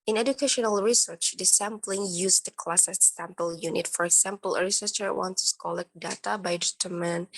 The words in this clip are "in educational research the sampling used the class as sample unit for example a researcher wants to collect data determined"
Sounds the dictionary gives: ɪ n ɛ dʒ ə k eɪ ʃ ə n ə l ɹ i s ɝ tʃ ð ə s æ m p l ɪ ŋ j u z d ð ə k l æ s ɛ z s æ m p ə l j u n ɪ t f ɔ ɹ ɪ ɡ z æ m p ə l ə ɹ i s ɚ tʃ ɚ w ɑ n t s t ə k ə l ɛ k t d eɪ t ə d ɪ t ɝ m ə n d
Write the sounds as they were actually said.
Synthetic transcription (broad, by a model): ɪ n ɛ dʒ ə k eɪ ʃ ə n ə l ɹ i s ɝ tʃ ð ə s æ m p l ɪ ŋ j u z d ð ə k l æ s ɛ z s æ m p ə l j u n ɪ t f ɔ ɹ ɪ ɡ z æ m p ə l ə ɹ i s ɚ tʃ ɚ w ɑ n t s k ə l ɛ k d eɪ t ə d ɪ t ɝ m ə n